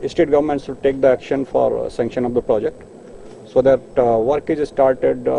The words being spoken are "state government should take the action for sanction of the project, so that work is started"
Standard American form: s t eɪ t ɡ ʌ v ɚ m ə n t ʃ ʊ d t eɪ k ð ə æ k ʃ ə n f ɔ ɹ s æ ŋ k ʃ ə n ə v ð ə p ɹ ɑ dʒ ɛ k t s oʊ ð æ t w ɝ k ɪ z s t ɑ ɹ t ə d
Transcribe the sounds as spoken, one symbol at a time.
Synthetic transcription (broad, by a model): s t eɪ t ɡ ʌ v ɚ m ə n t s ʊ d t eɪ k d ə æ k ʃ ə n f ɔ ɹ s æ ŋ k ʃ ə n ə v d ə p ɹ ɑ dʒ ɛ k t s oʊ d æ t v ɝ k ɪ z s t ɑ ɹ t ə d